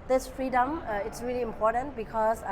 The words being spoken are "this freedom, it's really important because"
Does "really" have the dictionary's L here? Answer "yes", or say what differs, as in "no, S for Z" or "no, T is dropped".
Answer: yes